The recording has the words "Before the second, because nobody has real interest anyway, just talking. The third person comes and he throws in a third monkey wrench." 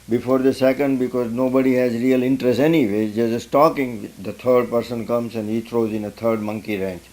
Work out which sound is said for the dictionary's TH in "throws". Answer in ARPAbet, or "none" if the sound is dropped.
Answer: T